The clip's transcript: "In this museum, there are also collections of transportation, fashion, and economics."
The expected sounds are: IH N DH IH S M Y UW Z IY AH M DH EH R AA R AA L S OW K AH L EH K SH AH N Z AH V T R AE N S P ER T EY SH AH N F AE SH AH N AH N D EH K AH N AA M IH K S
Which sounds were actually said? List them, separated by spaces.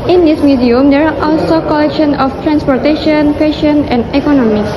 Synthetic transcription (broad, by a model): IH N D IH S M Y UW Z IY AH M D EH R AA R AA L S OW K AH L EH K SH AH N AH F T R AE N S P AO T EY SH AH N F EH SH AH N AH N D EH K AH N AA M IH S